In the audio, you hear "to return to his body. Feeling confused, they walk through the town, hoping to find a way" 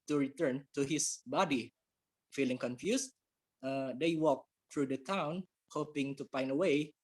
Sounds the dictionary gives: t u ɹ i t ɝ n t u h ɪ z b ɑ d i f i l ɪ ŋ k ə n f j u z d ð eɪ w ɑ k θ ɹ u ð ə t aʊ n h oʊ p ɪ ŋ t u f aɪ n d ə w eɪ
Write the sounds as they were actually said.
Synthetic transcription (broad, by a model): t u ɹ i t ɝ n t u h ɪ s b ɑ d i f i l ɪ ŋ k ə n f j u s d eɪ w ɑ k t ɹ u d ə t aʊ n h oʊ p ɪ ŋ t u p aɪ n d ə w eɪ